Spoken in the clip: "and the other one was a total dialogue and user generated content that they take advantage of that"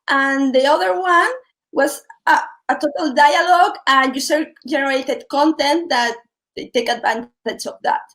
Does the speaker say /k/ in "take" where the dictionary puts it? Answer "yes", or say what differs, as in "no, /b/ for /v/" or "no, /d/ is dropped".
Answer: yes